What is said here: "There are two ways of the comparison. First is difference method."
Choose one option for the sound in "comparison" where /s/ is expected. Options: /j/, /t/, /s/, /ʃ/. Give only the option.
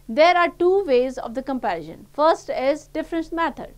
/ʃ/